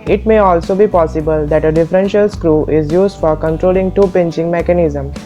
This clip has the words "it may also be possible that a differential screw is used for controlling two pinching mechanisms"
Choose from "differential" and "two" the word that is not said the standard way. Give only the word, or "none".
none